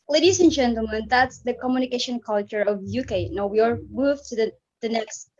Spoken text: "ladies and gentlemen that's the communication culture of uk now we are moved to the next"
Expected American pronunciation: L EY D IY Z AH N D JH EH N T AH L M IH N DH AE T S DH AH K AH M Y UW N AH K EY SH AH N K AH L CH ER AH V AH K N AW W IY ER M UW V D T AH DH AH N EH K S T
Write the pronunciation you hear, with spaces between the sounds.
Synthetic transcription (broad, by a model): L EY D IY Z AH N JH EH N T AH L M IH N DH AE T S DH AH K AH M Y UW N AH K EY SH AH N K AH L CH ER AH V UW K N AW W IY ER M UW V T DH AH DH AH N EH K S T